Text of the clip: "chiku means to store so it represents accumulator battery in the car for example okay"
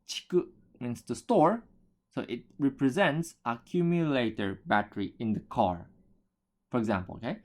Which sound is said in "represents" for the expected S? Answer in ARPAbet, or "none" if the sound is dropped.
S